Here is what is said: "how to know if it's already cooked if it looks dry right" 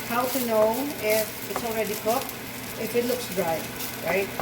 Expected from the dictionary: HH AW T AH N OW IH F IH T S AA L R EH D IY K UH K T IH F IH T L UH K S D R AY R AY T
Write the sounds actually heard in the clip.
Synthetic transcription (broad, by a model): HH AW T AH N OW IH F IH T S AA L R EH D IY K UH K IH F IH T L UH K S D R AY R AY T